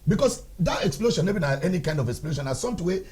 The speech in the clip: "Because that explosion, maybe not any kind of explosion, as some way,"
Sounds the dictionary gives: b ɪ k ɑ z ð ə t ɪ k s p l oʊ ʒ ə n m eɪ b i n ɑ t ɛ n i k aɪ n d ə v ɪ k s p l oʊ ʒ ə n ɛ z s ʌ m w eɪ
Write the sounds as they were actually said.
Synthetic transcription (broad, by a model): b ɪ k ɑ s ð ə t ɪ k s p l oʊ ʃ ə n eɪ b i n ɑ ɛ n i k aɪ n d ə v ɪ k s p l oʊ ʃ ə n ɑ s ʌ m w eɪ